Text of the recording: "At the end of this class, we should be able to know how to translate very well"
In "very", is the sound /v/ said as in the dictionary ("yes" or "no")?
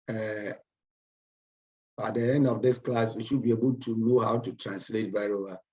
no